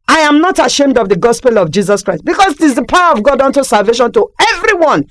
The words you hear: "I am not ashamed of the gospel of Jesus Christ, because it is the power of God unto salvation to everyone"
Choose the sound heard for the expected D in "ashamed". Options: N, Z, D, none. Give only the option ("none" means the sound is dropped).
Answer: D